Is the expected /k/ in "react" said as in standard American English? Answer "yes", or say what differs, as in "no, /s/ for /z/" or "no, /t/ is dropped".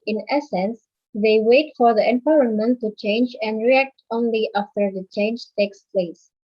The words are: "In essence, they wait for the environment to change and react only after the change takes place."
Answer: yes